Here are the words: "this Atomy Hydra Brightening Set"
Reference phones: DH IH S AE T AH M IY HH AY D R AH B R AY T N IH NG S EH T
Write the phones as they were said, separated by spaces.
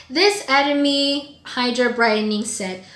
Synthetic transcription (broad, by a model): DH IH S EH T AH M IY HH AY D R AH B R AY T N IH NG S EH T